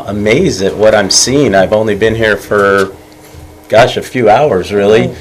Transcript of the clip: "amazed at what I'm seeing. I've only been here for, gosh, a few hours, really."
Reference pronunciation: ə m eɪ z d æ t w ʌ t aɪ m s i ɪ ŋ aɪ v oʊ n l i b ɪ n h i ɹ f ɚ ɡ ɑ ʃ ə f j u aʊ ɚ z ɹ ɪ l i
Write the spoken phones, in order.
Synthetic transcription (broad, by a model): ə m eɪ z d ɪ t w ʌ t aɪ m s i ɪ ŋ aɪ v oʊ n l i b ɪ n h i ɹ f ɚ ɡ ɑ ʃ ə f j u aʊ ɚ z ɹ ɪ l i